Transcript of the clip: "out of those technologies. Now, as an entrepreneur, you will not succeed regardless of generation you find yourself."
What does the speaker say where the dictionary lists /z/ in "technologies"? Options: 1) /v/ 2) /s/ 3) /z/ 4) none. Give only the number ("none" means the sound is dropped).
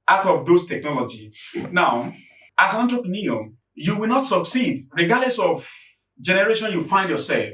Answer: 4